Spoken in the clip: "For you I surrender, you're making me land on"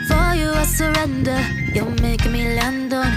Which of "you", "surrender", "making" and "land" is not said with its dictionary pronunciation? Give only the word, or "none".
making